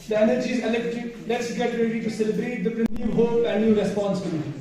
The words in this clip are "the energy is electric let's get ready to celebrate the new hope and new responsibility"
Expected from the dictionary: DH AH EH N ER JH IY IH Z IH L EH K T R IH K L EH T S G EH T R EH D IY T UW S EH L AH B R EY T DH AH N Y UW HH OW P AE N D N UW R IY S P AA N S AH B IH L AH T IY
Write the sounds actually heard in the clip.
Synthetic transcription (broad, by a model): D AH EH N ER JH IY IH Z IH L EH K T IH L EH T S G EH T R EH D IY T UW S EH L AH B R EY T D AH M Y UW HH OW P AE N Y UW R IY S P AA N S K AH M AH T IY